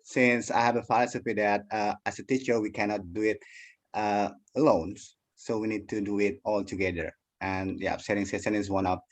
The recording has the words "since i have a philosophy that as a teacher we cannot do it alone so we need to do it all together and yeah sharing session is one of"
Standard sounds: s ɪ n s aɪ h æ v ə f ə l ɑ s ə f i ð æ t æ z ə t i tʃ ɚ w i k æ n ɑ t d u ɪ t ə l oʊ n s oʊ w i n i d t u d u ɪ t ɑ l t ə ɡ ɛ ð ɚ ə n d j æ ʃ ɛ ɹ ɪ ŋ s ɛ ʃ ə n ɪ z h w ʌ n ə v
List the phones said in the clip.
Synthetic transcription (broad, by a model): s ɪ n s aɪ h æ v ə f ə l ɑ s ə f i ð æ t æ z ə t i tʃ ɚ w i k æ n ɑ t d u ɪ t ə l oʊ n s oʊ w i n i d t u d u ɪ t ɑ l t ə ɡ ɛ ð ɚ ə n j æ s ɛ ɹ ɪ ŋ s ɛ s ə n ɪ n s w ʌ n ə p